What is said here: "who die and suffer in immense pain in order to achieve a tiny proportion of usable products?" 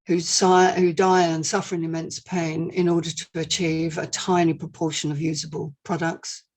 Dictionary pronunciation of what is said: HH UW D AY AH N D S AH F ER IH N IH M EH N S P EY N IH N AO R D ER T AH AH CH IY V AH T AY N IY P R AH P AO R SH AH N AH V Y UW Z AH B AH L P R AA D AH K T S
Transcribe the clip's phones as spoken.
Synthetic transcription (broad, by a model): HH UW D AY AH N S AH F ER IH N IH M EH N S P EY N IH N AO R D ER T AH AH CH IY V AH T AY N IY P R AH P AO SH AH N AH V Y UW Z AH B AH L P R AA D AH K T S